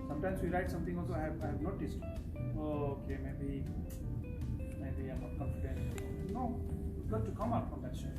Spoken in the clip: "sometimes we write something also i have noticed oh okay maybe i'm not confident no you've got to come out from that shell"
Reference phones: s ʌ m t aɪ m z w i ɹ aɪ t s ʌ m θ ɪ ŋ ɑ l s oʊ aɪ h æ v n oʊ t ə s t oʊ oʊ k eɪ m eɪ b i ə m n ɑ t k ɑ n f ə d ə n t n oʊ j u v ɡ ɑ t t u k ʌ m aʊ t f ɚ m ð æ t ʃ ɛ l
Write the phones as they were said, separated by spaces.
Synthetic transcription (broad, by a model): s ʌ m t aɪ m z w i ɹ aɪ t s ʌ m t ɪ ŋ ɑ l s oʊ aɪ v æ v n oʊ t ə s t oʊ oʊ k eɪ m eɪ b i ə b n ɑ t k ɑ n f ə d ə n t l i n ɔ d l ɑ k t u k ʌ m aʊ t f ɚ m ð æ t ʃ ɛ